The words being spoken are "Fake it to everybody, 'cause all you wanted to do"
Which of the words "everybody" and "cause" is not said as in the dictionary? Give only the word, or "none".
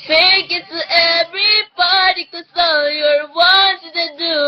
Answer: cause